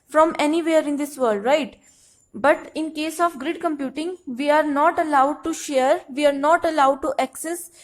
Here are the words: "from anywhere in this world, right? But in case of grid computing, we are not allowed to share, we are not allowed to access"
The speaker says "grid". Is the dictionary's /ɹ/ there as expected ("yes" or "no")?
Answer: yes